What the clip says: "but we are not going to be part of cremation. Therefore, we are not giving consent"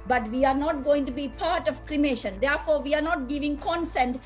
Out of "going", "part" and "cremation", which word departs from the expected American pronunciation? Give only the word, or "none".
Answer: none